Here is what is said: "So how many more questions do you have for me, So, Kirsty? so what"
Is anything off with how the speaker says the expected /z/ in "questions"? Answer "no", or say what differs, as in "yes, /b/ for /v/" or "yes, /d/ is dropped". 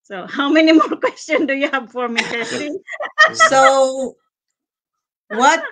yes, /z/ is dropped